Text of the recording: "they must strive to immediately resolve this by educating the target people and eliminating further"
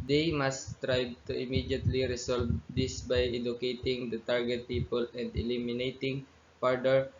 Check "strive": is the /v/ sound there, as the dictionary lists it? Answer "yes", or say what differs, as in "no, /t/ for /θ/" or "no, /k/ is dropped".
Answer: no, /b/ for /v/